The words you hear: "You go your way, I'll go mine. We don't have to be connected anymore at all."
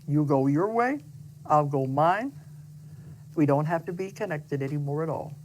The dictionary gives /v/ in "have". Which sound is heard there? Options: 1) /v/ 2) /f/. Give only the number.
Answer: 2